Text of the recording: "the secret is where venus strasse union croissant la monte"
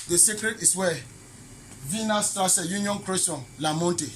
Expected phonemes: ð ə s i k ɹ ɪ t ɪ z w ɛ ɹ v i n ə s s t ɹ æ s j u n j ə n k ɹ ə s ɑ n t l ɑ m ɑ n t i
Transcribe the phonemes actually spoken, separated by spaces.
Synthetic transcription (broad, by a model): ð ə s i k ɹ ɪ t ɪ s w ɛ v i n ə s s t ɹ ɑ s j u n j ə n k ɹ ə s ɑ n l ɑ m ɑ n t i